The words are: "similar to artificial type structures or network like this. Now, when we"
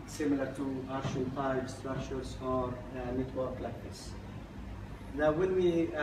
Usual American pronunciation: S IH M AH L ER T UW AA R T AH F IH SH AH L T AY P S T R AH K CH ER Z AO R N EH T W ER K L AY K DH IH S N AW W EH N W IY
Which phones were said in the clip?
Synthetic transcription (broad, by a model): S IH M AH L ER T UW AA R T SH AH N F AY B S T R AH K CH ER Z AO R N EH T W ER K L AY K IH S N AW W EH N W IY